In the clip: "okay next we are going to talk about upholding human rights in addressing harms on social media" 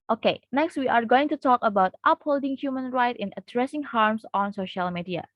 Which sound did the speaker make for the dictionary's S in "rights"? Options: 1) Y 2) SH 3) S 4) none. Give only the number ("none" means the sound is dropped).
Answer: 4